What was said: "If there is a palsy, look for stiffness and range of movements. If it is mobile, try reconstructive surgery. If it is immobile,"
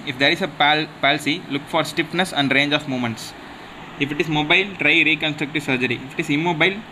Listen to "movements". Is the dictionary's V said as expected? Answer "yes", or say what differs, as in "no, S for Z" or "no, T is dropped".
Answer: no, V is dropped